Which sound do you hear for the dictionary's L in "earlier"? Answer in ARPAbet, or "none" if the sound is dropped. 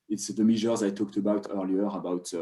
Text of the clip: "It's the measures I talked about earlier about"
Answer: L